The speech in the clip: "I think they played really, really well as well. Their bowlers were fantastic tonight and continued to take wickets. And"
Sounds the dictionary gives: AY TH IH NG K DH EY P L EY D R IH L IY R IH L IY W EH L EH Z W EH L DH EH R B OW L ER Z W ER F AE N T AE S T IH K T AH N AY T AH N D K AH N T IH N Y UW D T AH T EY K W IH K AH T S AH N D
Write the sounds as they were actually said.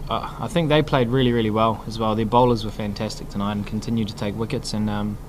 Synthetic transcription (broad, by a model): AY TH IH NG K DH EY P L EY D R IH L IY R IH L IY W EH L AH Z W EH L DH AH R B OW L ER Z W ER F AE N T AE S T IH K T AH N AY AH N K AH N T IH N Y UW D T AH T EY K W IH K AH T S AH N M